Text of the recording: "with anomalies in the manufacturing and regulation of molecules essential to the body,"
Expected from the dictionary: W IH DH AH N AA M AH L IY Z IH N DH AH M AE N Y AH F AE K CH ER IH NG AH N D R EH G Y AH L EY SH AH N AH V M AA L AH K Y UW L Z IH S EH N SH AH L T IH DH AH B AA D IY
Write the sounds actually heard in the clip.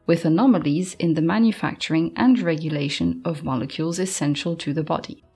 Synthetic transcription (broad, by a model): W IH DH AH N AA M AH L IY Z IH N DH AH M AE N Y AH F AE K CH ER IH NG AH N R EH G Y AH L EY SH AH N AH V M AA L AH K Y UW L Z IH S EH N SH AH L T IH DH AH B AA D IY